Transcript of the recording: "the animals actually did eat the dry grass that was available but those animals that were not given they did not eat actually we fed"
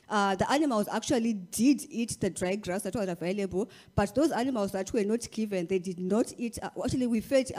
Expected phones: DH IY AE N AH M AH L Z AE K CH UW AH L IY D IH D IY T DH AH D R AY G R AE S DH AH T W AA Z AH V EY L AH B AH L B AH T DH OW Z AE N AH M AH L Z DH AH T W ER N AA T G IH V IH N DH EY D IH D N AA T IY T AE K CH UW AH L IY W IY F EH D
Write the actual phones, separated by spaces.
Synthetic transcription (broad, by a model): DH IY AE N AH M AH L Z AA K CH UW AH L IY D IH D IY T DH AH D R AY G R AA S DH AH T W AA Z AH V EY L AH B AH L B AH T DH OW Z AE N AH M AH L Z DH AH T W ER N AA T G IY V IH N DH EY D IH D N AA T IY T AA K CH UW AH L IY W IY F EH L